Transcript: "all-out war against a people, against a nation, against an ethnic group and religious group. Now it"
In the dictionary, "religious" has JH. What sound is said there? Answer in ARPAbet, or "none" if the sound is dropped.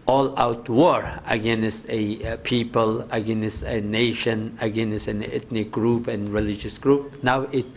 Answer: JH